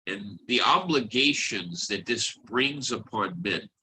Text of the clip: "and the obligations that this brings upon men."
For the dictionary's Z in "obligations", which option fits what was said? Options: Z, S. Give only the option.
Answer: Z